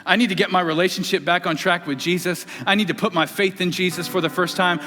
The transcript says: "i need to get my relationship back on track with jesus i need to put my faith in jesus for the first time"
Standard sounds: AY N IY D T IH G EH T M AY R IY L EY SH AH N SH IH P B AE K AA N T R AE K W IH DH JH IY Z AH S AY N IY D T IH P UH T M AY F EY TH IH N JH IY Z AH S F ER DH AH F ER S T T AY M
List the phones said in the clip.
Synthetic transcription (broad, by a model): AY N IY D T IH G EH T M AY R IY L EY SH N SH IH P B AE K N T R AE K W IH DH JH IY Z AH S AY N IY D T IH P UH T M AY F EY TH IH N JH IY Z AH S F ER DH AH F ER S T T AY M